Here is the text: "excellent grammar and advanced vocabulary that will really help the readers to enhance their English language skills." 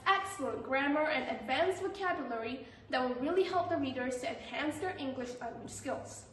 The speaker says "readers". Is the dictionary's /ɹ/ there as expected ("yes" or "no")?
yes